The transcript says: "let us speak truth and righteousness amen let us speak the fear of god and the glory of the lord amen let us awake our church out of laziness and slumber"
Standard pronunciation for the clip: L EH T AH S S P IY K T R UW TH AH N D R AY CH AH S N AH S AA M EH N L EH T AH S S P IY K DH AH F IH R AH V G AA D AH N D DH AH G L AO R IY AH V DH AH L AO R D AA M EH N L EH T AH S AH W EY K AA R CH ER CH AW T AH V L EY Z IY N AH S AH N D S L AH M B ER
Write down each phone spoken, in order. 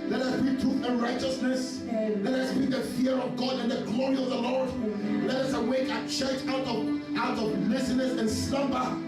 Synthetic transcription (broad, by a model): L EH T AH S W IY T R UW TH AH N R AY CH AH S N AH S L EH T AH S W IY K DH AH F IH R AH V G AA D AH N DH AH G L AO R IY AH V DH AH L AO R D L EH T AH S AH W EY K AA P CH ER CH AW T AH V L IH S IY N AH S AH N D S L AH M B ER